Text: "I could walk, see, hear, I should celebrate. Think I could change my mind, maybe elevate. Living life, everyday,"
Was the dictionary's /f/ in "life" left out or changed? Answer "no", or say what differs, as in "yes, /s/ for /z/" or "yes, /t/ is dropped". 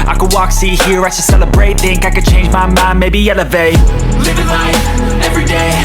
yes, /f/ is dropped